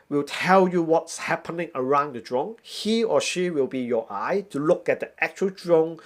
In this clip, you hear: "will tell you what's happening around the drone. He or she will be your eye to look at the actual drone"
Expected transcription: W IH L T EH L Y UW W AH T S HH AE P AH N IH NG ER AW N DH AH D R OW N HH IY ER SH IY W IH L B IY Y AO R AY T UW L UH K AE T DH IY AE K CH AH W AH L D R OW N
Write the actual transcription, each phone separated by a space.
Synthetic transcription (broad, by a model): W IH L T EH L Y UW W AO T S HH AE P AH N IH NG ER AW N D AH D R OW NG HH IY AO SH IY W IH L B IY Y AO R AY T UW L UH K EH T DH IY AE K CH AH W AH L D R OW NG